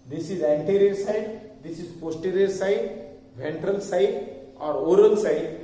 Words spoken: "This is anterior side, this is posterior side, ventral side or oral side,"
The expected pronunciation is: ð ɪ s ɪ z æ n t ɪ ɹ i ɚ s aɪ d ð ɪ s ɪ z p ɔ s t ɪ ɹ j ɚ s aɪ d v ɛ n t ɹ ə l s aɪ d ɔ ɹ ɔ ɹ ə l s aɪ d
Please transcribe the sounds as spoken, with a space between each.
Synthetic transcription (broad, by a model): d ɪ s ɪ z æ n t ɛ ɹ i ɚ s aɪ d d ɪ s ɪ z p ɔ s t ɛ ɹ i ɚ s aɪ d v ɛ n t ɹ ə l s aɪ d ɔ ɹ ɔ ɹ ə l s aɪ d